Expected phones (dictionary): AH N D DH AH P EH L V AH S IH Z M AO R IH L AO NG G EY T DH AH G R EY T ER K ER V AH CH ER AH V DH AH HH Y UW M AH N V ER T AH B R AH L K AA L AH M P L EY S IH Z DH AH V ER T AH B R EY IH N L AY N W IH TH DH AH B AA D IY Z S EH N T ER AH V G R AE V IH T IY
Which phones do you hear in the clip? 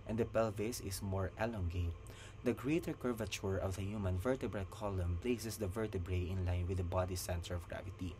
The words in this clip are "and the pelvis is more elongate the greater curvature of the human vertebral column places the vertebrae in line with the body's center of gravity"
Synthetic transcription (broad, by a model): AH N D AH P EH L V AH S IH S M AO R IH L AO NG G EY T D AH G R EY T ER K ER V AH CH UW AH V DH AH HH Y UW M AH N V ER T AH B R AH L K AA L AH M P L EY S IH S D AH V ER T AH B R EY IH N L AY N W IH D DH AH B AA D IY S EH N T ER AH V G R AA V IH T IY